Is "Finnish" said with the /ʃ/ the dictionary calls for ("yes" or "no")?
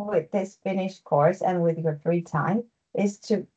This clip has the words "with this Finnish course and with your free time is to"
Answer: yes